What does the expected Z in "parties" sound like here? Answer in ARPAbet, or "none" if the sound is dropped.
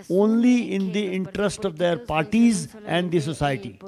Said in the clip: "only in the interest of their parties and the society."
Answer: Z